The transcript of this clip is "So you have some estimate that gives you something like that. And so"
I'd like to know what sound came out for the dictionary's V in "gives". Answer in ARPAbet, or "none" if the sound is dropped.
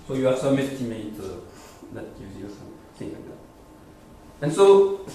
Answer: none